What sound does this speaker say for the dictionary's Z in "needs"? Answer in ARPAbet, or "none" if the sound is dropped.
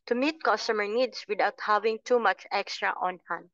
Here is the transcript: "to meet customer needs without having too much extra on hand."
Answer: S